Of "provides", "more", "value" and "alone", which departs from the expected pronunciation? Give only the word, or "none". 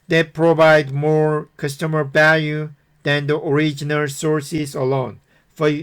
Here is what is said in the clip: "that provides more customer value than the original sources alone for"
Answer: provides